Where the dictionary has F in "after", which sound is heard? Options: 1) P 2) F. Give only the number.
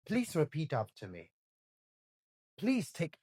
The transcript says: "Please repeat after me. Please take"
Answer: 1